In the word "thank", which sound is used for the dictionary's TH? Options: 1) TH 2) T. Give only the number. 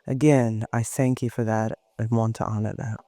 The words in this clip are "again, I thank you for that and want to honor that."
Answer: 1